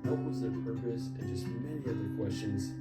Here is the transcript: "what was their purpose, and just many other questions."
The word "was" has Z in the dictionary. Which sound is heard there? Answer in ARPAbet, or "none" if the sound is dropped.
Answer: Z